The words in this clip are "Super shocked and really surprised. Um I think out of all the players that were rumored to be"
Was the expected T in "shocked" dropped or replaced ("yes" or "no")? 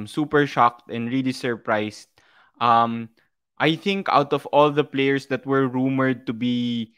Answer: no